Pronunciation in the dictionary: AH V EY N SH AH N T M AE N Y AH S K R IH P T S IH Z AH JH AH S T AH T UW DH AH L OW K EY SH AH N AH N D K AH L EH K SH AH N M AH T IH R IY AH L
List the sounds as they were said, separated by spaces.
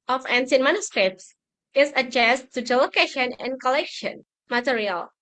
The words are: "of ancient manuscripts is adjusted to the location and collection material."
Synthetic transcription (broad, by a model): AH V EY N S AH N M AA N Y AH S K R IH P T S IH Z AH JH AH S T T UW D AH L OW K EY SH AH N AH N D K AH L EH K SH AH N M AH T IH R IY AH L